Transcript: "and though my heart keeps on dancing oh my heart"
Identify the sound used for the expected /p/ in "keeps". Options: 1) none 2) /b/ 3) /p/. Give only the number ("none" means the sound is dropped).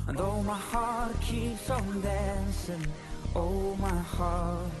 1